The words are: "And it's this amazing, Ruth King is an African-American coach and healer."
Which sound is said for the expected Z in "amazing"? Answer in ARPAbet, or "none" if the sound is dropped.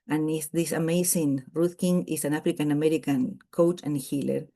S